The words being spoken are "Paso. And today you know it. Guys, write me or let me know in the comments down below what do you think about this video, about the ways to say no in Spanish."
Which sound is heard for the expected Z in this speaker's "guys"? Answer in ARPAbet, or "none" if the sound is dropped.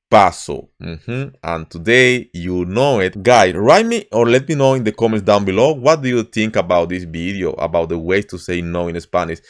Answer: S